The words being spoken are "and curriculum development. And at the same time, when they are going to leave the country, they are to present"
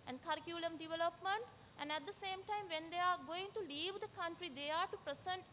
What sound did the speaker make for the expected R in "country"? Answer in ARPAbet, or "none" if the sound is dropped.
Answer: R